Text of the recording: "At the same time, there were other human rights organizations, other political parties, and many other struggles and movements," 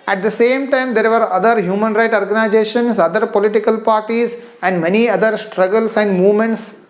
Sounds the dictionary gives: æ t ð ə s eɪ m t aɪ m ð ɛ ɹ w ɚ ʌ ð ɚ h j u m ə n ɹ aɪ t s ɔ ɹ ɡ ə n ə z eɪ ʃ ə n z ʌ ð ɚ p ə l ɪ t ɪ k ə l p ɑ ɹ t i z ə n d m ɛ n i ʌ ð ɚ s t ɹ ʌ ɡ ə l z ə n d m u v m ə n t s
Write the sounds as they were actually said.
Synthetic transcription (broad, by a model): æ t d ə s eɪ m t aɪ m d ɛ ɹ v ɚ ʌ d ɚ h j u m ə n ɹ aɪ t ɔ ɹ ɡ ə n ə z eɪ ʃ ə n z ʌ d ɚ p ə l ɪ t ɪ k ə l p ɑ ɹ t i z ə n d m ɛ n i ʌ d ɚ s t ɹ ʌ ɡ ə l s ə n d m u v m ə n t s